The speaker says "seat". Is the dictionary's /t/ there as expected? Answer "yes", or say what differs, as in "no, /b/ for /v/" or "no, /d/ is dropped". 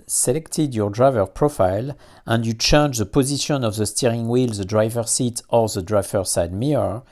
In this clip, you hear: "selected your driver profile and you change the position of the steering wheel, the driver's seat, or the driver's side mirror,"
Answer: yes